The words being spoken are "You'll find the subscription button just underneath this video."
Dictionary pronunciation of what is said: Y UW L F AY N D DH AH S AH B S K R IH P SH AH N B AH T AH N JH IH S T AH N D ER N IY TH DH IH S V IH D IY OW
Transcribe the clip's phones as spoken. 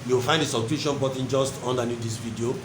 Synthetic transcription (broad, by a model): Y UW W F AY N D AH S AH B K UW SH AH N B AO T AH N JH IH S T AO N D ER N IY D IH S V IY D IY OW